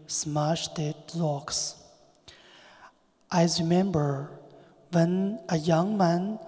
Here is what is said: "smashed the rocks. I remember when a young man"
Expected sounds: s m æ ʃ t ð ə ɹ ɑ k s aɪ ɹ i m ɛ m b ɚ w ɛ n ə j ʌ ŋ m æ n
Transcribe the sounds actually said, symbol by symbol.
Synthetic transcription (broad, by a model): s m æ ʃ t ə l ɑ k s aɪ ɹ i m ɛ m b ɚ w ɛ n ə j ʌ ŋ m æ n